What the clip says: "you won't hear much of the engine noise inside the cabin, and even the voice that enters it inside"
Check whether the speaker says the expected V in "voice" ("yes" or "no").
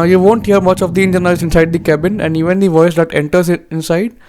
yes